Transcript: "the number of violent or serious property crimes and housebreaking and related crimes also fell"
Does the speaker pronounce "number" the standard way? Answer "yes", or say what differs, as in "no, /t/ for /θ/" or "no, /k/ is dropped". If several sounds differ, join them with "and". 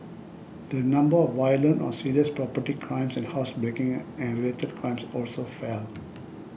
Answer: yes